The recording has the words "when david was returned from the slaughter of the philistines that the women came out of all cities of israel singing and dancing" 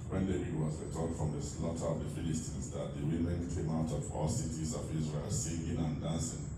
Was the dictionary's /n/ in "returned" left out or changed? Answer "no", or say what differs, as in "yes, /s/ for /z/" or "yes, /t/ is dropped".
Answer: yes, /n/ is dropped